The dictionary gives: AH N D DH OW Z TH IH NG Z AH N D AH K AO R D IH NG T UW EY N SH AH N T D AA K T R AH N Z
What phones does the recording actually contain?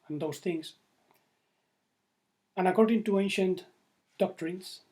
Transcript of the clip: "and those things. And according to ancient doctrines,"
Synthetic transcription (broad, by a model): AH N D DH OW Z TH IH NG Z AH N AH K AO R D IH NG T UW EY N SH AH N T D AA K T R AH N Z